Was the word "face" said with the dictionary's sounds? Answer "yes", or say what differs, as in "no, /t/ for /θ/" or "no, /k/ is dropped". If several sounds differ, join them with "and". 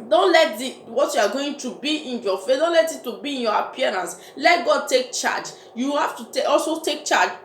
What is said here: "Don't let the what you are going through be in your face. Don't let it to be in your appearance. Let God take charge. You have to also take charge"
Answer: no, /s/ is dropped